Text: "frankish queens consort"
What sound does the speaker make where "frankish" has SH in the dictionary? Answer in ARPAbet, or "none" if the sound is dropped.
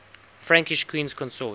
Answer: SH